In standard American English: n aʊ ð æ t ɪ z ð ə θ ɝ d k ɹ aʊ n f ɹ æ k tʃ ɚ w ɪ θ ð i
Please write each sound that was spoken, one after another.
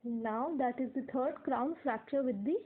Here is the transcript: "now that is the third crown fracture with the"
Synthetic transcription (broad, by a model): n aʊ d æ t ɪ z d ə t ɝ d k ɹ aʊ n f ɹ æ k tʃ ɚ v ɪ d i